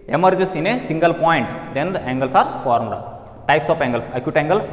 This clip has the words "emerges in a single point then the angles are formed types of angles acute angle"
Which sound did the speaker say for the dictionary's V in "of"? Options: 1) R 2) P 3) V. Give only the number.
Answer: 2